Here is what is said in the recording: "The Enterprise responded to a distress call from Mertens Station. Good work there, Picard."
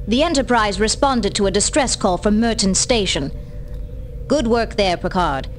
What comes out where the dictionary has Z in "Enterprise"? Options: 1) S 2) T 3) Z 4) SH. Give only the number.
3